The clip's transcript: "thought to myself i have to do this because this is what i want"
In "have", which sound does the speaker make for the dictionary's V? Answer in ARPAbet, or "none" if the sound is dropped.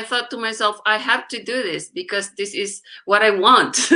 F